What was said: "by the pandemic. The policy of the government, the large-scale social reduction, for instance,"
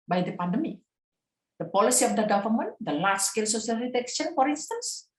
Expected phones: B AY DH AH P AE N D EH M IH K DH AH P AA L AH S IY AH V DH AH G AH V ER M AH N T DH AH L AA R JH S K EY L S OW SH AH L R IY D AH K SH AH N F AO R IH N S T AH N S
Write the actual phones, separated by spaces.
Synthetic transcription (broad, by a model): B AY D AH P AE N D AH M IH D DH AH P AA L AH S IY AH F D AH G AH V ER M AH N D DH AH L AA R S K EY L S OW S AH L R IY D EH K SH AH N F AO R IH N S T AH N S